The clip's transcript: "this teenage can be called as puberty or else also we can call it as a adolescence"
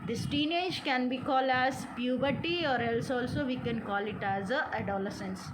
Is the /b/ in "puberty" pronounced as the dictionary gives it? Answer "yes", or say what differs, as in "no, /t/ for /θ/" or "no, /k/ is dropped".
yes